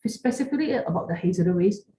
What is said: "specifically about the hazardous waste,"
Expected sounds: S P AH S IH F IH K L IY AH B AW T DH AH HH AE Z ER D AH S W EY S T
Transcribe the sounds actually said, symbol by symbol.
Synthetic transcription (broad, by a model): S P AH S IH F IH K L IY AH B AW T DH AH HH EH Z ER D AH W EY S